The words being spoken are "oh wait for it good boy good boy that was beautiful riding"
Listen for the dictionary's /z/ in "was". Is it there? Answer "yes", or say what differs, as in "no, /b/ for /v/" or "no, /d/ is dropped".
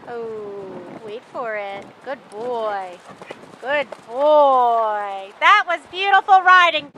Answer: yes